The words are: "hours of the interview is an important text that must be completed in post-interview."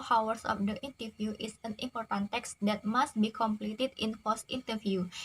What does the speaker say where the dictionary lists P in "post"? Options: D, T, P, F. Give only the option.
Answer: F